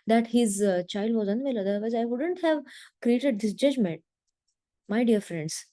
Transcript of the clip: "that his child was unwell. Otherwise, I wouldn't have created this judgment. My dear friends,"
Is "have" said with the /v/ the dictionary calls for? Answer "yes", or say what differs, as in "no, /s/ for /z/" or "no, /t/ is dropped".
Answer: yes